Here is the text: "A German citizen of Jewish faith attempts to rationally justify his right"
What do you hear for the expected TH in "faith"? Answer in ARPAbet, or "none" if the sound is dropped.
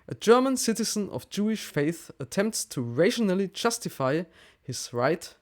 TH